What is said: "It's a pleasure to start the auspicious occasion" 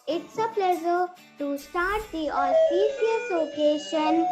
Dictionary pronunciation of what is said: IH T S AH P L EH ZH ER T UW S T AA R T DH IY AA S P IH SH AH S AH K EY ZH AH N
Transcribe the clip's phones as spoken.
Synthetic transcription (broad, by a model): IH T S AH P L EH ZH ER T UW S T AA R T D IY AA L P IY S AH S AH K EY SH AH N